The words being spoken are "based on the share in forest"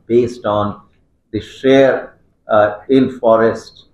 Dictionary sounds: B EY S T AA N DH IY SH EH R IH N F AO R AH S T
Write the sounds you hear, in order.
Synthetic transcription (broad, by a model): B EY S T AA N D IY SH EH R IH L F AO R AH S T